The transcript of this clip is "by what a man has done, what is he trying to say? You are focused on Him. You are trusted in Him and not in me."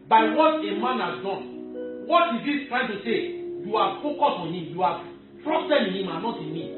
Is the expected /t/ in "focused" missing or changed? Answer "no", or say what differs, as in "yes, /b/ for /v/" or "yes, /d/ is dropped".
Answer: yes, /t/ is dropped